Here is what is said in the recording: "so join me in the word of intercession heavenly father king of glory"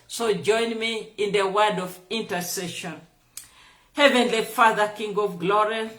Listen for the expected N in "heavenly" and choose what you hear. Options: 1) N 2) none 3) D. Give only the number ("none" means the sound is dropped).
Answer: 1